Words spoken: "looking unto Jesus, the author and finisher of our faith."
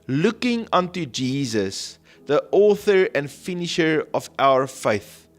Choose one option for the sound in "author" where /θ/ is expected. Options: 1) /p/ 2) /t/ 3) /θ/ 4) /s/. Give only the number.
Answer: 3